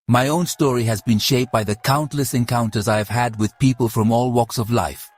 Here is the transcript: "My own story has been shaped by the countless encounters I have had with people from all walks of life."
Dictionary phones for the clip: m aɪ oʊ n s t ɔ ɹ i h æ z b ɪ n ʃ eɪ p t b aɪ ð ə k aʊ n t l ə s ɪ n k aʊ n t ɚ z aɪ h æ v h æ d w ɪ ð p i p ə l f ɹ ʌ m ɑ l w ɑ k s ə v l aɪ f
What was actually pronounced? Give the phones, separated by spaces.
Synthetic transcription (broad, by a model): m aɪ oʊ n s t ɔ ɹ i h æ z b ɪ n ʃ eɪ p b aɪ ð ə k aʊ n t l ə s ɪ n k aʊ n t ɚ z aɪ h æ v h æ d w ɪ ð p i p ə l f ɹ ʌ m ɑ l w ɑ k s ə v l aɪ f